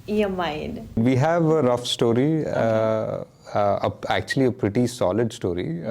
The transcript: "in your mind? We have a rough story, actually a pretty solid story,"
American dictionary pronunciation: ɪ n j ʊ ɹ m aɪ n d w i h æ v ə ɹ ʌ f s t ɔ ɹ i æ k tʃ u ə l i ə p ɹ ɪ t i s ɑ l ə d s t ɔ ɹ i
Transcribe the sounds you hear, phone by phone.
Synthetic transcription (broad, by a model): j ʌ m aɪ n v i h æ v ə ɹ ʌ f s t ɔ ɹ i æ k tʃ u ə l i ə p ɹ ɪ t i s ɑ l ə d s t ɔ ɹ i